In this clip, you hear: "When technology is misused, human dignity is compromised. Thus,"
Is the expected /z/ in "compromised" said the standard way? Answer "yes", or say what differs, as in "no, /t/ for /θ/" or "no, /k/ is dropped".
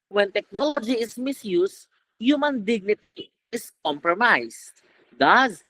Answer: no, /s/ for /z/